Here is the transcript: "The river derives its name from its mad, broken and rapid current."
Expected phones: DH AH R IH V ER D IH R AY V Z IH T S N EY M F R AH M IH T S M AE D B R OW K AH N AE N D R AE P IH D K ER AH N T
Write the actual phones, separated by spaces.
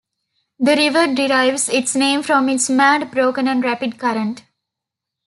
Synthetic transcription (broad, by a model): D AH R IH V ER D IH R AY V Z IH T S N EY M F R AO M IH T S M AE D B R OW K AH N AE N D R AE P IH D K ER AH N T